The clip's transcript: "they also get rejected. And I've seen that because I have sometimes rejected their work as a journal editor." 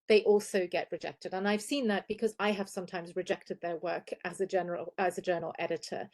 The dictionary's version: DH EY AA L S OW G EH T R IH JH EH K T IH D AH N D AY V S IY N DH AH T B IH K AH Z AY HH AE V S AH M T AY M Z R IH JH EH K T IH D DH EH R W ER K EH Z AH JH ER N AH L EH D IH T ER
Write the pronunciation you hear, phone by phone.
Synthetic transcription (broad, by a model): DH EY AA L S OW G EH T R IH JH EH K T IH D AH N AY V S IY N DH AH T B IH K AH Z AY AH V S AH M T AY M Z R IH JH EH K T IH D DH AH R W ER K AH Z AH JH ER L AH L EH D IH T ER